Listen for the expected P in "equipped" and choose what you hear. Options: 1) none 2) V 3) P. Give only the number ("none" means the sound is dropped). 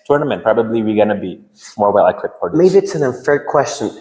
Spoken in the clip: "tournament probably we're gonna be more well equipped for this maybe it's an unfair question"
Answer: 1